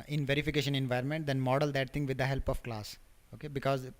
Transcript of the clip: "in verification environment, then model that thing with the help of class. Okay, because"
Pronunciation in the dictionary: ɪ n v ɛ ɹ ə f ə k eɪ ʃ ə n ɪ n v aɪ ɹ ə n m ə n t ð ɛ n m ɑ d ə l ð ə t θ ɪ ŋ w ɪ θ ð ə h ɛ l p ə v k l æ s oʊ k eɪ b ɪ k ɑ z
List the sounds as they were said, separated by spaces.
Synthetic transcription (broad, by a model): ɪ n v ɛ ɹ ə f ə k eɪ ʃ ə n ɪ n v aɪ ɹ ə n m ə n t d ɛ n m ɑ d ə l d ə t t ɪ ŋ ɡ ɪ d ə h ɛ l p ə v k l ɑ s oʊ k eɪ b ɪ k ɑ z